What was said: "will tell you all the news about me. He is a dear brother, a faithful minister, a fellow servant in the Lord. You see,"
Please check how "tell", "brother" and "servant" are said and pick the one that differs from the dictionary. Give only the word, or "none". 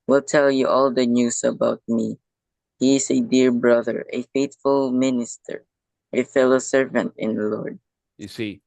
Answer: none